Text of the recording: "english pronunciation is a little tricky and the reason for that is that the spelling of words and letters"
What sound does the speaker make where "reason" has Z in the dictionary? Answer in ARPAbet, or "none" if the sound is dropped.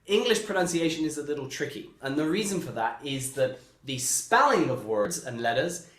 Z